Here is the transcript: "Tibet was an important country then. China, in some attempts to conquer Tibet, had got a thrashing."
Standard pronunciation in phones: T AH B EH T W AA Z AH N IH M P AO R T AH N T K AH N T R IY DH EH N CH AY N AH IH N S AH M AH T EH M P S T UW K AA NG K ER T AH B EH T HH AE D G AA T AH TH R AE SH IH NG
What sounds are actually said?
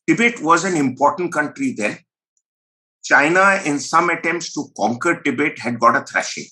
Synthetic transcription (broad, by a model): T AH B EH T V AA Z AH N IH M P AO R T AH N T K AH N T R IY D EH N CH AY N AH IH N S AH M AH T EH M P S T UW K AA NG K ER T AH B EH T HH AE D G AA T AH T R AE SH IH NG